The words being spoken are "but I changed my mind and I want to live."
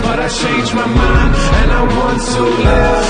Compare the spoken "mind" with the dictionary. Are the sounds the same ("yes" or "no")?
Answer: no